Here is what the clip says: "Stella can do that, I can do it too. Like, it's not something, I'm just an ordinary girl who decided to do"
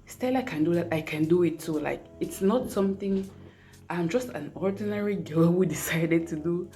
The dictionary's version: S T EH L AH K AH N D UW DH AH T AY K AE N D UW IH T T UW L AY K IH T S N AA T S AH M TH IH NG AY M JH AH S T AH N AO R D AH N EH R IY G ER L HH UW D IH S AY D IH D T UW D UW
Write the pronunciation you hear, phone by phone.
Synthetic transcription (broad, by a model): S T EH L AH K AH N D UW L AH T AY K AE N D UW IH T S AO L AY K IH T S N AA T S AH M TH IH NG AY M JH AH S T AH N AO R D AH N EH R IY G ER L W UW D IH S AY D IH D T UW D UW